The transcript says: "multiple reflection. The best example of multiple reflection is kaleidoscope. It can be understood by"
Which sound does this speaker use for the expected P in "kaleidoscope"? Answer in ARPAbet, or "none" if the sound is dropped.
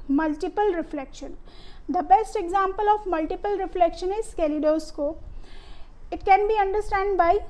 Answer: none